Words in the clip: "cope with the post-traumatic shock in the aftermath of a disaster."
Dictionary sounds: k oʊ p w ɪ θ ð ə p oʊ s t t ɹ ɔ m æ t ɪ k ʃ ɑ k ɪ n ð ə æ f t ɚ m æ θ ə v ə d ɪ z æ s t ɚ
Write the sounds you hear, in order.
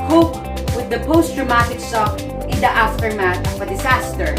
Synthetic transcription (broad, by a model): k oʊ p w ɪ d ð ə p oʊ s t t ɹ ɔ m æ t ɪ k s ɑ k ɪ n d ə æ f t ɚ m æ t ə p ə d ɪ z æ s t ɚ